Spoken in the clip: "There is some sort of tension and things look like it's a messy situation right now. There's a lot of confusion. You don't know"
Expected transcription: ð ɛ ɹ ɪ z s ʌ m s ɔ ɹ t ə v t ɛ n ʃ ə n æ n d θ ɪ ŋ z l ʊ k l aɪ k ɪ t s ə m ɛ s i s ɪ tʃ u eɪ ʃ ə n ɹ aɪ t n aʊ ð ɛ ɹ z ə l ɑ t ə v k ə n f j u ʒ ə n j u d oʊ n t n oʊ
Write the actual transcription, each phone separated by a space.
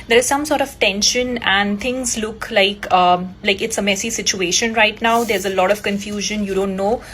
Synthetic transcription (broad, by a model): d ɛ ɹ ɪ z s ʌ m s ɔ ɹ t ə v t ɛ n ʃ ə n æ n d t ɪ ŋ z l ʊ k l aɪ k ɪ t s ə m ɛ s i s ɪ tʃ u eɪ ʃ ə n ɹ aɪ t n aʊ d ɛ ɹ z ə l ɑ t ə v k ə n f j u ʒ ə n j u d oʊ n t n oʊ